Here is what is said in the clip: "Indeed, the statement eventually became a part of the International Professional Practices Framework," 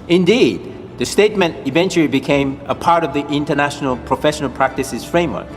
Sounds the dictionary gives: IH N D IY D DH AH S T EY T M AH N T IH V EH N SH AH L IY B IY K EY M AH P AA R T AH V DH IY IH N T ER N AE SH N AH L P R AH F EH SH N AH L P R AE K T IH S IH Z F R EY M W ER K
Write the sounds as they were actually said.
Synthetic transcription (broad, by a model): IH N D IY D DH AH S T EY T M AH N T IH V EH N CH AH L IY B IY K EY M AH P AA R T AH V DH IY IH N T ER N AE SH N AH L P R AH F EH SH N AH L P R AE K T IH S IH Z F R EY M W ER K